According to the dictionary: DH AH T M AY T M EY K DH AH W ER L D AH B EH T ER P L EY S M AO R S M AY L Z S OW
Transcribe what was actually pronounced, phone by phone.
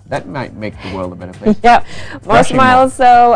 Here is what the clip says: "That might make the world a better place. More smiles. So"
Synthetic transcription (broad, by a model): DH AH T M AY T M EY K DH AH W ER L D AH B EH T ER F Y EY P M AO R S M AY L Z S OW